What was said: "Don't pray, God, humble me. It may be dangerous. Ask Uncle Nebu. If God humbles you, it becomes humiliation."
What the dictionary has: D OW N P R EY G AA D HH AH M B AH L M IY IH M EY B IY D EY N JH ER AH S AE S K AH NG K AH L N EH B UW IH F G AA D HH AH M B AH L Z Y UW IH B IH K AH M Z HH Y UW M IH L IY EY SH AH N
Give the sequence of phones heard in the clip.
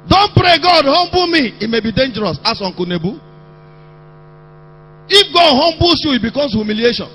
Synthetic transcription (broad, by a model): D OW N P R EY G AA D HH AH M B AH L M IY IH M EY B IY D EY N JH ER AH S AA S AO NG K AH N EH B UW IH F G AA D HH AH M B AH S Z Y UW IH B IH K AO M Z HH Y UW M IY L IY EY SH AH N